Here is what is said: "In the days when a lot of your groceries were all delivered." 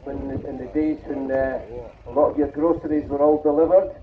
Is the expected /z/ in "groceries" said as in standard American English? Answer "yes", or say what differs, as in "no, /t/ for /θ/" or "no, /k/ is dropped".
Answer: yes